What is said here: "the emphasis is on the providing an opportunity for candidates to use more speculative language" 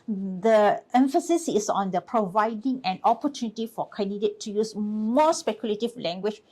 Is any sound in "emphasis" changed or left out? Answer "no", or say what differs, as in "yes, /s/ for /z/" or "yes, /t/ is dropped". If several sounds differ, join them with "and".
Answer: no